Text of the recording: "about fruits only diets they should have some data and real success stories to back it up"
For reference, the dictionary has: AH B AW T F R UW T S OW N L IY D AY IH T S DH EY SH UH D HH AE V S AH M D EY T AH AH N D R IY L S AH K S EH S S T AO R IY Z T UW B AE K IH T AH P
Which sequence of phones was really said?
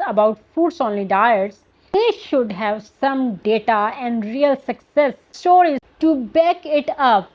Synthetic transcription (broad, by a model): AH B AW T F UW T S OW N L IY D AY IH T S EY SH UH D HH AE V S AH M D EY T AH AH N D R IY L S AH K S EH S S T AO R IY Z T UW B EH K IH T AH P